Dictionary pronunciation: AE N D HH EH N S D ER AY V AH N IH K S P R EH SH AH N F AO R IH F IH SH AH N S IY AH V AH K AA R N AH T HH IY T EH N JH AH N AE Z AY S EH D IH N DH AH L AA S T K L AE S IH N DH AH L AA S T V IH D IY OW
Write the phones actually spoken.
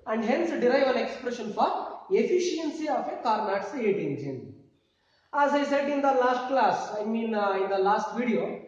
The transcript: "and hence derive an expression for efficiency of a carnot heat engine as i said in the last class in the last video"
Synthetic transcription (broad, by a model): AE N D HH EH N S D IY AY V AH N IH K S P R EH SH AH N F AO R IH F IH SH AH N S IY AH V AH K AA R N AH T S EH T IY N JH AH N AE Z AY S EH D IH N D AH L AA S T K L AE S IH N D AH L AA S T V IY D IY OW